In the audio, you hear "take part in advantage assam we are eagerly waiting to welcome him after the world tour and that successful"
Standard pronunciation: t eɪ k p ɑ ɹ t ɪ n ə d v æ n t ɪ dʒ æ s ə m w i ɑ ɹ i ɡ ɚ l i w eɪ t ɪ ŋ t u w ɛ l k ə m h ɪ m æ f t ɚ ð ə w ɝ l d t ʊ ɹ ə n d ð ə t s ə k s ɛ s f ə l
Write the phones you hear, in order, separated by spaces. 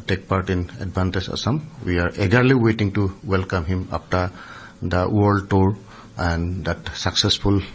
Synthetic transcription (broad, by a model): t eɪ k p ɑ ɹ t ɪ n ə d b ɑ n t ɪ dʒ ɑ s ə m w i ɑ ɹ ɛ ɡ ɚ l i w eɪ t ɪ ŋ t u w ɛ l k ə m h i m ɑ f t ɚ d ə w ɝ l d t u ɹ ə n d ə t s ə k s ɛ s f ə l